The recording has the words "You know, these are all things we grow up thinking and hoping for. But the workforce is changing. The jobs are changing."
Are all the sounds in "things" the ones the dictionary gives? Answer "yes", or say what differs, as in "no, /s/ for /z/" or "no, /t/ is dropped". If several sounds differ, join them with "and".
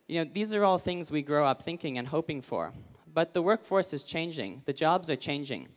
yes